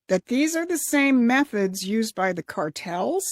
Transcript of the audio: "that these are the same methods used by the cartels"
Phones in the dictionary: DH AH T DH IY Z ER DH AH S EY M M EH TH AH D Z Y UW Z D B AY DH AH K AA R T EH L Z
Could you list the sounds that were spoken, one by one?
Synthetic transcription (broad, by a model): DH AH T DH IY Z ER DH AH S EY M M EH TH AH D Z Y UW Z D B AY DH AH K AA R T EH L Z